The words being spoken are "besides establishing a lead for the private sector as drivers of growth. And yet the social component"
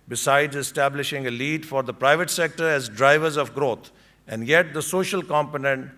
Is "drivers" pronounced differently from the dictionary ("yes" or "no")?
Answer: no